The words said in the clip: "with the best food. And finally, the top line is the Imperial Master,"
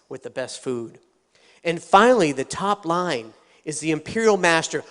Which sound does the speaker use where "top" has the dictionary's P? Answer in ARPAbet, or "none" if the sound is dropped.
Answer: P